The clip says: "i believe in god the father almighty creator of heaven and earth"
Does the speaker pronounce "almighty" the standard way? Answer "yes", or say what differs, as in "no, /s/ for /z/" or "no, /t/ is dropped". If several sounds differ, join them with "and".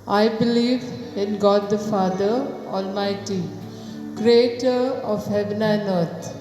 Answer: yes